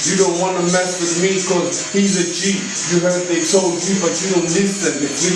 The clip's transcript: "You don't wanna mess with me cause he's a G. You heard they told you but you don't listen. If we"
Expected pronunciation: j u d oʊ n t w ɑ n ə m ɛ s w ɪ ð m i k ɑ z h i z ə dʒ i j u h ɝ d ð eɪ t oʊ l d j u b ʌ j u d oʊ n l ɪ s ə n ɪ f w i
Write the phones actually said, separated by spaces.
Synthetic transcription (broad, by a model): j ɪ d oʊ n t w ɑ n ə m ɛ s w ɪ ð m i k ɑ z h i z ə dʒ i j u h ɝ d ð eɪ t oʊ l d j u b ʌ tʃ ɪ d oʊ n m ɪ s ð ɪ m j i